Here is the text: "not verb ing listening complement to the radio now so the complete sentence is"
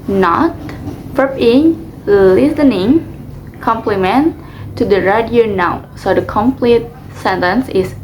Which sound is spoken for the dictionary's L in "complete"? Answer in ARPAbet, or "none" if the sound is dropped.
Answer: L